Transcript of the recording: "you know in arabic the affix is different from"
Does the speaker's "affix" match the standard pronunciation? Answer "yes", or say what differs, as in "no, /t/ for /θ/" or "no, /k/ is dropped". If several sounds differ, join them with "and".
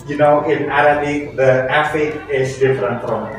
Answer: no, /s/ is dropped